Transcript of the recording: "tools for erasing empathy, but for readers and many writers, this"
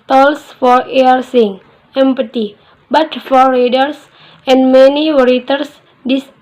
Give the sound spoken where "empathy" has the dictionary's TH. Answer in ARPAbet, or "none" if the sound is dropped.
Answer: T